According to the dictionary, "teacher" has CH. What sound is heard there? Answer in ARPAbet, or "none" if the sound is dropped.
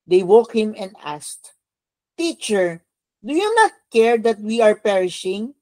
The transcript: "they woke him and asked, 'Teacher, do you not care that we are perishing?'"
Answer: CH